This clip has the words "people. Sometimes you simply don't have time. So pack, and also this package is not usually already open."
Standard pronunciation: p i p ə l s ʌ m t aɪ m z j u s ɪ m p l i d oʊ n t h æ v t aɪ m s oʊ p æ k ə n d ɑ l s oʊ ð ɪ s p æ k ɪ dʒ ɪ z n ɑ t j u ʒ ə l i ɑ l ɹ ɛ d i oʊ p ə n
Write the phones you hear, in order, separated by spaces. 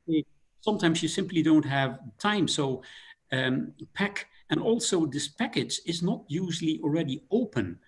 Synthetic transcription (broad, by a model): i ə s ʌ m t aɪ m z j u s ɪ m p l i d oʊ n t h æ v t aɪ m s oʊ p æ k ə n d ɑ l s oʊ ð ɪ s p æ k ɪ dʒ ɪ z n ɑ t j u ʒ l i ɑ l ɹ ɛ d i oʊ p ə n